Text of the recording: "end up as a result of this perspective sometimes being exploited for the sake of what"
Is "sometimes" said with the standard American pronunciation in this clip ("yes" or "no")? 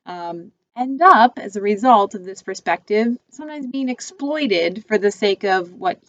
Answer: yes